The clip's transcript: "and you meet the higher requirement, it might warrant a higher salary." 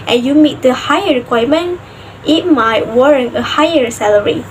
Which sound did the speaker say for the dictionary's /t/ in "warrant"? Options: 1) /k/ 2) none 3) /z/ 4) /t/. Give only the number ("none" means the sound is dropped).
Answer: 2